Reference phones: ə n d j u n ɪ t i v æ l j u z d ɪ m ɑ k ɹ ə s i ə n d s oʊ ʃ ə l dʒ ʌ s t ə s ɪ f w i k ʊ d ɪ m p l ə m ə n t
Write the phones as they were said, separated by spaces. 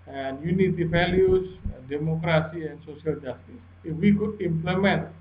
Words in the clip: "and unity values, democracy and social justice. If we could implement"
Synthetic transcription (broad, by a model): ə n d j u n ɪ t i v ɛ l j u s d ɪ m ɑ k ɹ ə s i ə n s oʊ s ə l dʒ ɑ s t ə s ɪ f w i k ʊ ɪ m p l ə m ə n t